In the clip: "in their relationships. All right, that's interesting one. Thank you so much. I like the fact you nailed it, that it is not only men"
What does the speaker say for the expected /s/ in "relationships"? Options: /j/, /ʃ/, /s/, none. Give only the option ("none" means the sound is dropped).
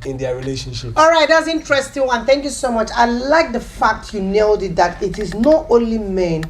none